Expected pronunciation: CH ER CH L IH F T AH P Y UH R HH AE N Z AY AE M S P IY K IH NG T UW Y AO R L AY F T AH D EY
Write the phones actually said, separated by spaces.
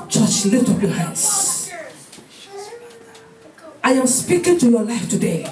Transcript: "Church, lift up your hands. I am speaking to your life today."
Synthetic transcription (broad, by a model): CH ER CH L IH T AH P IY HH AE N S AY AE M S P IY K IH NG T UW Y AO L AY F T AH D EY